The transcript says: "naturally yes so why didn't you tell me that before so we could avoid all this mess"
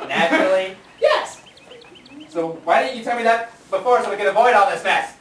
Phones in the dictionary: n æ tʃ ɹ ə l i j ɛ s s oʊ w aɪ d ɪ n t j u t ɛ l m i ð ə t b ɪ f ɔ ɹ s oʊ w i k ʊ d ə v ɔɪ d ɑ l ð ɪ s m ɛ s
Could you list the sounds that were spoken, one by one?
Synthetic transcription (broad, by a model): n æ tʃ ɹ l i j ɛ s s oʊ w aɪ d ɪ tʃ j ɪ t ɛ l m i ð ə t b ɪ f ɔ ɹ s oʊ w i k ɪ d ə v ɔɪ d ɑ l ð ɪ s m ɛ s